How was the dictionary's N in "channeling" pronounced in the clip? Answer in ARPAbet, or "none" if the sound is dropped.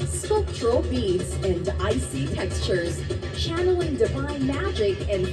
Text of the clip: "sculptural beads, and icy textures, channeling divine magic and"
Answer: N